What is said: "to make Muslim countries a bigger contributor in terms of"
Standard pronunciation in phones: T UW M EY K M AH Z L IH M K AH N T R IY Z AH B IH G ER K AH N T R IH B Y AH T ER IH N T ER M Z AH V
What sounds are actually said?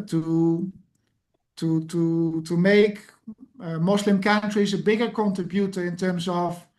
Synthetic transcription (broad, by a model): T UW M EY K M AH S L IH M K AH N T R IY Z AH B IH G ER K AH N T R IH B Y AH T ER IH N T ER M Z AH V